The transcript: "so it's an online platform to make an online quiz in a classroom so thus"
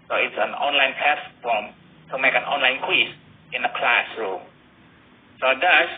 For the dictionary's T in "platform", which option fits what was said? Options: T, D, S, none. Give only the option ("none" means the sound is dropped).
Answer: S